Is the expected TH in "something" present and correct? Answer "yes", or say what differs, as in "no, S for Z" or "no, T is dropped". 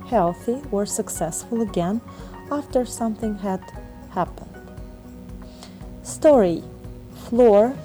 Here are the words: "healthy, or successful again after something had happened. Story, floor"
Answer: yes